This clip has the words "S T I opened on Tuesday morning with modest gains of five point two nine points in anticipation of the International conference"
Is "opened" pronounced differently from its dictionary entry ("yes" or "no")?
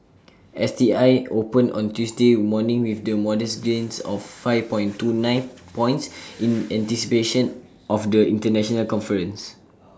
yes